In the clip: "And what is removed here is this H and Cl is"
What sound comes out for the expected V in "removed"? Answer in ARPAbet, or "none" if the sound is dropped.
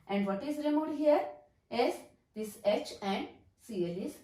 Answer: none